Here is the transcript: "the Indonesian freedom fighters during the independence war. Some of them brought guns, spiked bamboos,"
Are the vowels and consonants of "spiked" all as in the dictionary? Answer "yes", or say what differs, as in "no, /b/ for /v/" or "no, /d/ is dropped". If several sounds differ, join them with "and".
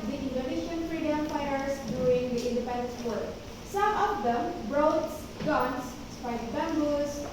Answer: no, /k/ is dropped